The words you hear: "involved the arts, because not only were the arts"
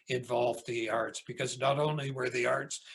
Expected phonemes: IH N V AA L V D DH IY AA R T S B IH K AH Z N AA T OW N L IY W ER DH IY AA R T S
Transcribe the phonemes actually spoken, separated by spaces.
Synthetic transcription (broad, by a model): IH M V AA L V DH IY AA R T S B IH K AH Z N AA T OW N L IY W ER DH IY AA R T S